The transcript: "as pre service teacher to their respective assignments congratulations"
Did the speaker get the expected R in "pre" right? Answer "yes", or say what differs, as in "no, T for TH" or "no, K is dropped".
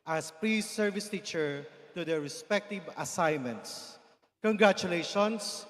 no, L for R